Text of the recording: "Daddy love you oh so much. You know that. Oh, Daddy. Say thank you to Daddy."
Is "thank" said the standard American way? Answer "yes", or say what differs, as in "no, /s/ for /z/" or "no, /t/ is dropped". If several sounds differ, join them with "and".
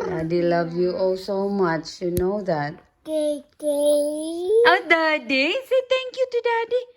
no, /t/ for /θ/